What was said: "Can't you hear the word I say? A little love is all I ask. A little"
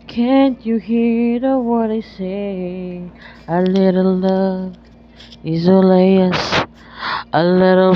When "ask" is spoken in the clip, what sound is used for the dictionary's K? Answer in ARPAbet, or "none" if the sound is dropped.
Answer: none